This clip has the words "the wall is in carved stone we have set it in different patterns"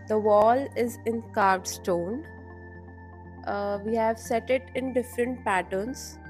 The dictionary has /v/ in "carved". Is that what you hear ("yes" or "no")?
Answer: no